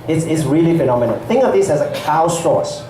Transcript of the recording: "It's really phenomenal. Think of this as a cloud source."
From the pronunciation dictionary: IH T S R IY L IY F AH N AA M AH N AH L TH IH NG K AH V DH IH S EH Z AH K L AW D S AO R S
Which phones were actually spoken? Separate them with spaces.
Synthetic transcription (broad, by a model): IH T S R IY L IY F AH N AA M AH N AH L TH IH NG AH V DH IH S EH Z AH K AW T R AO S